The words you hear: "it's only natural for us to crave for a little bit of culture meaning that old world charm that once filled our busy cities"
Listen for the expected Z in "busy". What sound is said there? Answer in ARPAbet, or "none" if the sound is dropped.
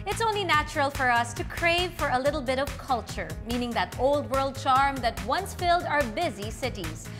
Z